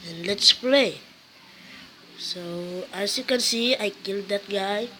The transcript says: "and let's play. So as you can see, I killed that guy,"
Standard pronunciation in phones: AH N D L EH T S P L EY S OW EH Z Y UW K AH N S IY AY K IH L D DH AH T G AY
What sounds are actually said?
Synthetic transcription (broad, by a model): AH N L EH T S P L EY S OW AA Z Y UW K AH N S IY AY K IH L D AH T G AY